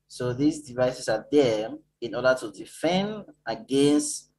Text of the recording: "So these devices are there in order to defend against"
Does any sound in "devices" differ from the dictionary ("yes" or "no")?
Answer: yes